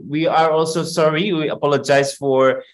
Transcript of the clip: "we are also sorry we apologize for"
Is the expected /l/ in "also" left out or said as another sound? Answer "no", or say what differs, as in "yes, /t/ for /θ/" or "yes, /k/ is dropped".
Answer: no